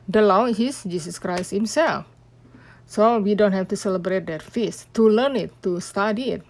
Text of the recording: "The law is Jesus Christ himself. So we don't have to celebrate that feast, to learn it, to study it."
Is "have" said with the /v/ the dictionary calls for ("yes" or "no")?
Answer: no